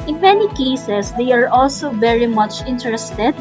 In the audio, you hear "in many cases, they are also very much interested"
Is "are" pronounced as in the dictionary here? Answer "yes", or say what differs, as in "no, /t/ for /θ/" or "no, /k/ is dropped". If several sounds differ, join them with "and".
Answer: yes